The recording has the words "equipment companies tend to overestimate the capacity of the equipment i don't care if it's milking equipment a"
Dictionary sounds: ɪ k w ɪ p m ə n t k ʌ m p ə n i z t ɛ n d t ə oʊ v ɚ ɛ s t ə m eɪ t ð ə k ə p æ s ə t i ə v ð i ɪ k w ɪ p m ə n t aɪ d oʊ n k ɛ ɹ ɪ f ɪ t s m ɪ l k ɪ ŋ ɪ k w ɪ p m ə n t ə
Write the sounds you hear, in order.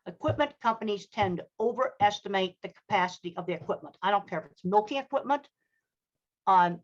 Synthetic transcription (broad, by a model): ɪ k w ɪ p m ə n k ʌ m p ə n i z t ɛ n t ə oʊ v ɚ ɛ s t ə m eɪ t ð ə k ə p æ s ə t i ə v ð i ɪ k w ɪ p m ə n t aɪ d oʊ n k ɛ ɹ ɪ f ɪ t s m ɪ l k ɪ ŋ ɪ k w ɪ p m ə n t